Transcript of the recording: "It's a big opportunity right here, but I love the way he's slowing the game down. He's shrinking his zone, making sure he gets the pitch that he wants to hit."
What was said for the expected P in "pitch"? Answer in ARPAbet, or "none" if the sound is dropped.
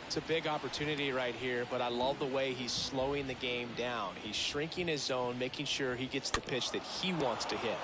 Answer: P